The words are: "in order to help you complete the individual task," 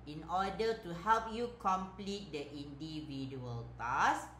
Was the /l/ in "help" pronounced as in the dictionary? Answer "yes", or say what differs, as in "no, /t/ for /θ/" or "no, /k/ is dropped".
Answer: yes